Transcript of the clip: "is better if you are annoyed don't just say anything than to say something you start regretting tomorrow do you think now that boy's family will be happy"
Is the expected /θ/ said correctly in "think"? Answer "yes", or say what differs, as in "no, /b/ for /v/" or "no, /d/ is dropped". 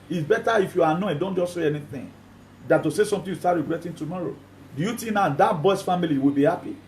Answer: no, /t/ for /θ/